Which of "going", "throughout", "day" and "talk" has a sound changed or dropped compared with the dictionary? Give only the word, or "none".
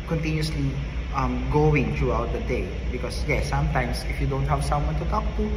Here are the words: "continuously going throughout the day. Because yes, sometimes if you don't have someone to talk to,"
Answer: throughout